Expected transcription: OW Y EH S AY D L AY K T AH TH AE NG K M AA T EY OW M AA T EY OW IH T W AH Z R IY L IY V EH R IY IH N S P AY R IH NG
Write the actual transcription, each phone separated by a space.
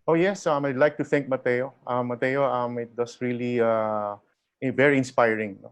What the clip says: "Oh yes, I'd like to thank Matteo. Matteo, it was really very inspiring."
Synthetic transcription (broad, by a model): OW Y EH S AY D L AY K T AH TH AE NG K M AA T EY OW M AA T EY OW IH T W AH S R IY L IY V EH R IY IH N S P AY R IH NG